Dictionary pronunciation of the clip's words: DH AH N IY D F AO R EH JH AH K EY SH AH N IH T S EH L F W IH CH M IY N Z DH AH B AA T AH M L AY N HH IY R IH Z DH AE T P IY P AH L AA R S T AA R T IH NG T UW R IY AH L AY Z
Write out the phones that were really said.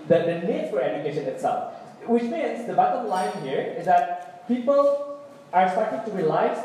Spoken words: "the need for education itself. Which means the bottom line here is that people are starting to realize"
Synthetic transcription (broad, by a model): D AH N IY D F AO R EH JH AH K EY SH AH N IH T S EH L F W IH CH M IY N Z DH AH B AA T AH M L AY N HH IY R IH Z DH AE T P IY P AH L AA R S T AA R T IH NG T UW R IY L AY